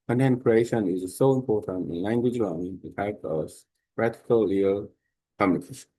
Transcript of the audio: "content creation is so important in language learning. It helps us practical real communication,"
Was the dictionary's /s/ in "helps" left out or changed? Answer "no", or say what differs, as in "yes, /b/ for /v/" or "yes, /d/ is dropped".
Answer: yes, /s/ is dropped